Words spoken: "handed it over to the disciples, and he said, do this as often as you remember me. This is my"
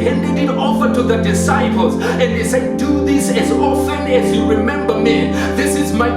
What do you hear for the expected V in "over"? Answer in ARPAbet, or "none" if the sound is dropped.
F